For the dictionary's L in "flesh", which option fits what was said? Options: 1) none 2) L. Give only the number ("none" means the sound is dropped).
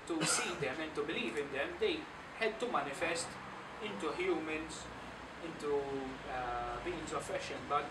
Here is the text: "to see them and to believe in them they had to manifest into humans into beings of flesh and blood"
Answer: 1